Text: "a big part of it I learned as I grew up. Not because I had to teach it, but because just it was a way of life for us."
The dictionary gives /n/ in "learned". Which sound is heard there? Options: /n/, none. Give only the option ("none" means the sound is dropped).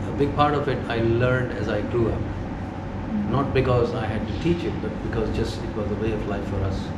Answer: /n/